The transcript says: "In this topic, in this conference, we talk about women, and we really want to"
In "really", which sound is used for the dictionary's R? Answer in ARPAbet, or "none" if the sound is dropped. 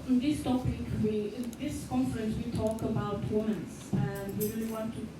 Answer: R